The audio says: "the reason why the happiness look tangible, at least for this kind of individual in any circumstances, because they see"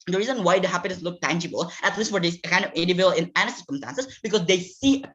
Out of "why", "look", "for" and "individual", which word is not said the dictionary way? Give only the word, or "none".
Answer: individual